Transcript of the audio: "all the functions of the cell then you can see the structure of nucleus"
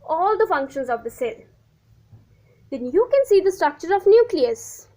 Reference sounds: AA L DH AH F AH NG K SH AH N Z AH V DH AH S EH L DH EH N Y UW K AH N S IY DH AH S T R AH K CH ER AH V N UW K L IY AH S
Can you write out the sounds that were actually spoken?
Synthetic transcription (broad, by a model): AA L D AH F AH NG K SH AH N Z AH V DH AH S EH L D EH N Y UW K AH N S IY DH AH S T R AH K CH ER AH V N UW K L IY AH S